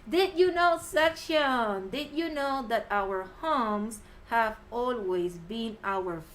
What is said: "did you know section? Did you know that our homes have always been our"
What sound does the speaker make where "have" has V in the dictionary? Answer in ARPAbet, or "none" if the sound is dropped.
V